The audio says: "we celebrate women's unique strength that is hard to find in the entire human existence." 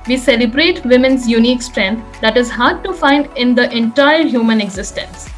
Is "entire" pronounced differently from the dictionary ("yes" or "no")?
no